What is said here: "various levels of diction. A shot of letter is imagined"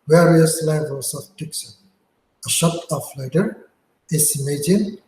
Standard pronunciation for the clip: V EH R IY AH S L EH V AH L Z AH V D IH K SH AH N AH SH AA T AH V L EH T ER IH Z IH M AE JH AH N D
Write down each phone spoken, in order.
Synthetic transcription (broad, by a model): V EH R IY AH S L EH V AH L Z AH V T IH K S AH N AH SH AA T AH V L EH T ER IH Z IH M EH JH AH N